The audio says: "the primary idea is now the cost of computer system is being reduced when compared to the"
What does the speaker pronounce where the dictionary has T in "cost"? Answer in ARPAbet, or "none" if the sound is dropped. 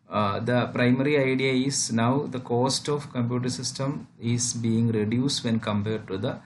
T